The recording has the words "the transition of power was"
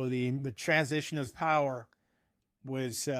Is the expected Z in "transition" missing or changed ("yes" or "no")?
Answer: no